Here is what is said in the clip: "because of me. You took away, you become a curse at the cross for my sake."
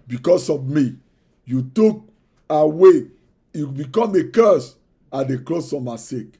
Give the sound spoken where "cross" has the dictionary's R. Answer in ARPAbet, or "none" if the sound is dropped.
L